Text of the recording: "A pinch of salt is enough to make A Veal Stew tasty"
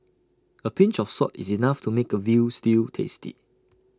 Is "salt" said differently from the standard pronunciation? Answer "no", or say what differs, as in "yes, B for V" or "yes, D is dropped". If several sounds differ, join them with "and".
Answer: yes, L is dropped